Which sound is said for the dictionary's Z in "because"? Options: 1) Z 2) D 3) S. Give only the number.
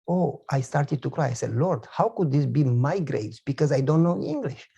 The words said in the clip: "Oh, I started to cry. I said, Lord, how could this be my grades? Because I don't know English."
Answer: 1